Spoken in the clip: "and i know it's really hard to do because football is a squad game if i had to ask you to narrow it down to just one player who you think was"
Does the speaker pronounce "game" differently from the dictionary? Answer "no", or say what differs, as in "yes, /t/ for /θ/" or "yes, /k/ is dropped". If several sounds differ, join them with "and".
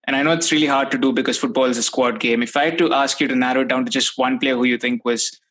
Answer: no